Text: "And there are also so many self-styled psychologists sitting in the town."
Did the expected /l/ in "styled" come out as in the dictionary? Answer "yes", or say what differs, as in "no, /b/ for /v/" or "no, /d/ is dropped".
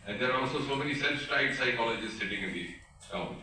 no, /l/ is dropped